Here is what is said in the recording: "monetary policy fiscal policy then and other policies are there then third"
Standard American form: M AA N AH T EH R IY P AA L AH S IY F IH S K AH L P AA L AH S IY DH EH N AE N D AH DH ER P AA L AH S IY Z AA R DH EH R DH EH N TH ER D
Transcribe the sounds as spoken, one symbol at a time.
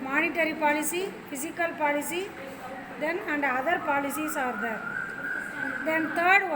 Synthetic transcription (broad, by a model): M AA N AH T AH R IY P AA L AH S IY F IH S K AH L P AA L AH S IY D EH N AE N D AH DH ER P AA L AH S IY S AA R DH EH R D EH N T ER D